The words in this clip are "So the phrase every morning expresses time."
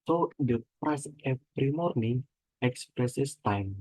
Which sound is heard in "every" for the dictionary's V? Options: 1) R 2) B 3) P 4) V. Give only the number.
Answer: 3